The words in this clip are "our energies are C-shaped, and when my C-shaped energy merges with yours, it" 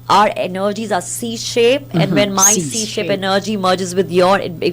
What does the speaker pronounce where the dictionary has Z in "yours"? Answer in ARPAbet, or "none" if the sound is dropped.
none